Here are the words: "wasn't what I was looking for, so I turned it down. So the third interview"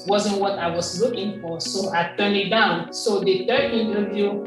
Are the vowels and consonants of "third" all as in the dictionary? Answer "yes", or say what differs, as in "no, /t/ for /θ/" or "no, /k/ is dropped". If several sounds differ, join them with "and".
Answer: no, /t/ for /θ/